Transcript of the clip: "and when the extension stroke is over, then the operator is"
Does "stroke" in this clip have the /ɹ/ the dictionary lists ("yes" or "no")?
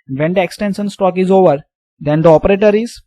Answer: no